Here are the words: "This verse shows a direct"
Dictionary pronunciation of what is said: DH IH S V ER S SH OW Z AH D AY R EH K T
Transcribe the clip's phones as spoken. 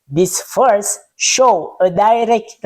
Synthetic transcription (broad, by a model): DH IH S F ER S SH OW AH D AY R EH K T